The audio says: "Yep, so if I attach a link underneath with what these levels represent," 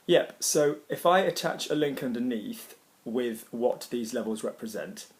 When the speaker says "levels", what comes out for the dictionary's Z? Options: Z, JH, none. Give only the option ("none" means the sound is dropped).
Z